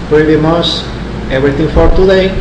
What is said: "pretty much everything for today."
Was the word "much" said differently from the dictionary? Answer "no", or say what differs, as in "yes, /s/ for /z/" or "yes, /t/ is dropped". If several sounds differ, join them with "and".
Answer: yes, /s/ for /tʃ/